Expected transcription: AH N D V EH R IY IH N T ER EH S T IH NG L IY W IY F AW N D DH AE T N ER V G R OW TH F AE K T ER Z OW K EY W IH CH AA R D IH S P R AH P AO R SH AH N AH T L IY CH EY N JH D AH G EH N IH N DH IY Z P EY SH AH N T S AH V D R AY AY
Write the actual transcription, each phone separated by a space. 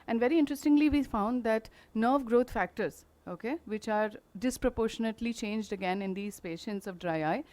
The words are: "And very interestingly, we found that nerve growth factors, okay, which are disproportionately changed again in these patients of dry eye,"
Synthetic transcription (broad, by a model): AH N D V EH R IY IH N T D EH S T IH NG L IY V IY F AW N D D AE T N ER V G R OW T F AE K T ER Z OW K EY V IH CH AA R D IH S P R AH P AO R SH AH N AH T L IY CH EY N JH D AH G EH N IH N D IY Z P EY SH AH N T S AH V D R AY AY